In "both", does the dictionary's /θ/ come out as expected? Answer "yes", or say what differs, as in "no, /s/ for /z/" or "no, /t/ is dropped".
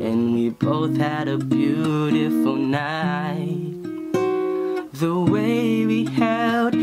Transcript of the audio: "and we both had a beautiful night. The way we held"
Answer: yes